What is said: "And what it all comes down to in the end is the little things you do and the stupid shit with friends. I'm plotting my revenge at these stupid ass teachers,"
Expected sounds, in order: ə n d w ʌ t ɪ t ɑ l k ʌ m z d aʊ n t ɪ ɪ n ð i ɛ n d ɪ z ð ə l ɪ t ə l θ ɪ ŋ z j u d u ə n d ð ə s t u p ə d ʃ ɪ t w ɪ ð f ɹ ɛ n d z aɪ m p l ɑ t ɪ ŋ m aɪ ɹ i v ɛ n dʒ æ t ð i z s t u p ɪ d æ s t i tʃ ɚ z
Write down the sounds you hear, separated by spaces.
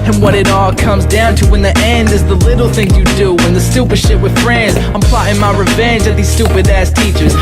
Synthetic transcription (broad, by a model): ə n w ʌ t ɪ t ɑ l k ʌ m z d aʊ n t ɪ ɪ n ð i ɛ n d ɪ z ð ə l ɪ t l θ ɪ ŋ j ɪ d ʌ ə n ð ə s t u p ə d ʃ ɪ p w ɪ ð f ɹ ɛ n d z aɪ m p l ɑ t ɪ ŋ m aɪ ɹ i v ɛ n dʒ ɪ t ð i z s t u p ɪ d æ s t i tʃ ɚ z